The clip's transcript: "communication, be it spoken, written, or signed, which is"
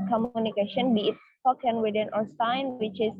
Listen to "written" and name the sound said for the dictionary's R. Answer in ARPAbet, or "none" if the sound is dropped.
W